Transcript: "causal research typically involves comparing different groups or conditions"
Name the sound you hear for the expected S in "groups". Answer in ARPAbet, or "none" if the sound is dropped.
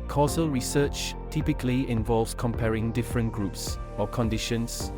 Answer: S